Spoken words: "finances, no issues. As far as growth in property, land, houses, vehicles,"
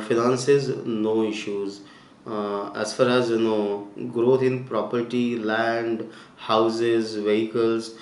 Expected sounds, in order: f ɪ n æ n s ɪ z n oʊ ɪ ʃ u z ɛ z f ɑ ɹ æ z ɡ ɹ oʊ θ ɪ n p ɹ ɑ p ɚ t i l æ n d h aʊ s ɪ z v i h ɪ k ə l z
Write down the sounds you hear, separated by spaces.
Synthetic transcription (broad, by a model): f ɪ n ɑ n s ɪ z n oʊ ɪ ʃ u z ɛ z f ɑ ɹ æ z ɡ ɹ oʊ t ɪ n p ɹ ɑ p ɚ t i l æ n d h aʊ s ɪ z v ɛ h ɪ k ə l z